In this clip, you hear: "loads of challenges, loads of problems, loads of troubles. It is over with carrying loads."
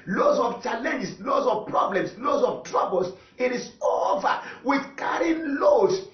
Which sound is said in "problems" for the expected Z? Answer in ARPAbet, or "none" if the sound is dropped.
S